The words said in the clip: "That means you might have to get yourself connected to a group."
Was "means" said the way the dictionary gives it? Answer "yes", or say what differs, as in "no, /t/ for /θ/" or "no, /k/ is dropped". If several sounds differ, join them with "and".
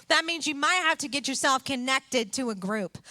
yes